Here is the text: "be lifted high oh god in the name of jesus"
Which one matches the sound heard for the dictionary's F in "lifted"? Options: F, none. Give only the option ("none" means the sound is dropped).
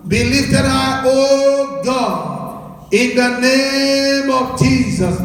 none